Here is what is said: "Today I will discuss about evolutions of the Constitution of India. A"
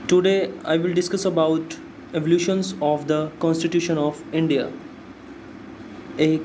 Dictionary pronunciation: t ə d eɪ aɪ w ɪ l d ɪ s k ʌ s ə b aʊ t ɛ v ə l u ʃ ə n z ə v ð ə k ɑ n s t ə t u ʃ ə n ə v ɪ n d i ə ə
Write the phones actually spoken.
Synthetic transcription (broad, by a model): t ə d eɪ aɪ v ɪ l d ɪ s k ʌ s ə b aʊ t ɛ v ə l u ʃ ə n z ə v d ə k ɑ n s t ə t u ʃ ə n ə v ɪ n d i ə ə